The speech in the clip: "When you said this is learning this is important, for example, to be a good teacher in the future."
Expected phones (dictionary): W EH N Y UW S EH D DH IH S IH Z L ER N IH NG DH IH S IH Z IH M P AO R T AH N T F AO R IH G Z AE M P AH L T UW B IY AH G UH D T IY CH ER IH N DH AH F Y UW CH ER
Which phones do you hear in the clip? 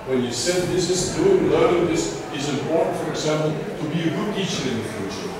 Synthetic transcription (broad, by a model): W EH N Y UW S EH D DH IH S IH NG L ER IH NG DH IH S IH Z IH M P AO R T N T F AO R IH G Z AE M P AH L T UW B IY AH G UH D T IY CH ER IH N DH AH F Y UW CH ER